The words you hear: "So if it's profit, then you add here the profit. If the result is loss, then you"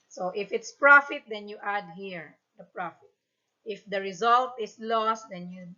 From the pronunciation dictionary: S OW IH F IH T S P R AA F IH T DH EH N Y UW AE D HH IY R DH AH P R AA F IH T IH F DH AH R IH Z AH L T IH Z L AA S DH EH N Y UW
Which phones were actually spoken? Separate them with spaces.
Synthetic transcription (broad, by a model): S OW IH F IH T S P R AA F IH T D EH N Y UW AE D HH IY R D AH P R AA F IH T IH F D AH R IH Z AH L T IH S L AA S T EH N Y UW